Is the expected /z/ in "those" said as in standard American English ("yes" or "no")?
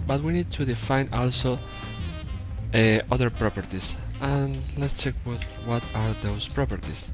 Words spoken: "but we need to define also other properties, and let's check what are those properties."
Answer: no